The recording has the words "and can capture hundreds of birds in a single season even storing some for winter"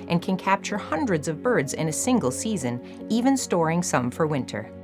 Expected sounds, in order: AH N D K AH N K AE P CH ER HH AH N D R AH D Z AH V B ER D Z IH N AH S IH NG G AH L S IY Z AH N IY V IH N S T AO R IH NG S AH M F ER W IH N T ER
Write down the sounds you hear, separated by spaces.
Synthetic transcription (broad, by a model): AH N K AH N K AE P CH ER HH AH N D R AH D Z AH V B ER D Z IH N AH S IH NG G L S IY Z AH N IY V IH N S T AO R IH NG S AH M F ER W IH N T ER